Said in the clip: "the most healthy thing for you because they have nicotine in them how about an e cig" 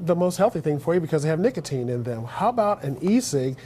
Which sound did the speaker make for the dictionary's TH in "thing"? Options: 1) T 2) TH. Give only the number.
2